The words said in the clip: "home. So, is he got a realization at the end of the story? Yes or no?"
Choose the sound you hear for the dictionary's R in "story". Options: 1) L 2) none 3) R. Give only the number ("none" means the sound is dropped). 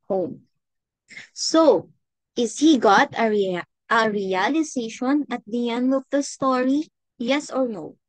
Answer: 3